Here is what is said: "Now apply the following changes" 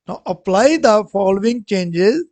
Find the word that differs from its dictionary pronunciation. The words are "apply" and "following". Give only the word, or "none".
none